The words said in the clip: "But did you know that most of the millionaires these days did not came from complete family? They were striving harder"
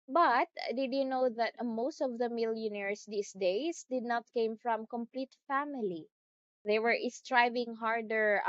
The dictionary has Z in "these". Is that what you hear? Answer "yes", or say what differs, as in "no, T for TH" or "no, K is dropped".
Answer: no, S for Z